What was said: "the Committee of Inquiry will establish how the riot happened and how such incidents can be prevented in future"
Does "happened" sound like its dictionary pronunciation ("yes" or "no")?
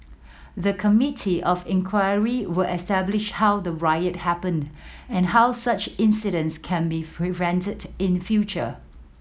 yes